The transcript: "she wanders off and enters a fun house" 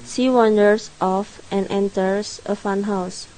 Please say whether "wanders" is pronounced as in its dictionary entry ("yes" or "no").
no